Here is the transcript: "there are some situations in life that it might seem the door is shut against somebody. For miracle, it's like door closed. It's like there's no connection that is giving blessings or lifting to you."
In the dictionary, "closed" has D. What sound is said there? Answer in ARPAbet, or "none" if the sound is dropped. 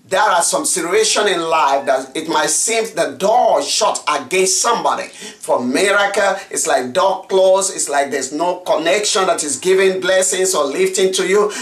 none